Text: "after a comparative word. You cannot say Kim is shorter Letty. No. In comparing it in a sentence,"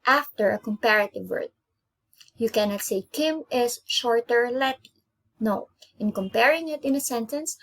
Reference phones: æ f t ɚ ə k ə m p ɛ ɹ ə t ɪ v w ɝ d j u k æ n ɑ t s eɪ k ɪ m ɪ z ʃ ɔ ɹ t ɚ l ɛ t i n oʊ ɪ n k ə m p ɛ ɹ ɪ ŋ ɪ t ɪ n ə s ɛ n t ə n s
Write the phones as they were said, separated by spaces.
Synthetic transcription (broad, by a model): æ f t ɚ ə k ə m p ɛ ɹ ə t ɪ v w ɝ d j u k æ n ɑ t s eɪ k ɪ m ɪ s ʃ ɔ ɹ t ɚ l ɛ t i n oʊ ɪ n k ə m p ɛ ɹ ɪ ŋ ɪ t ɪ n ə s ɛ n t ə n s